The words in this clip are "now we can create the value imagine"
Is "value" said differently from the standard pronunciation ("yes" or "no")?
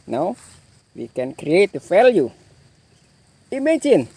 yes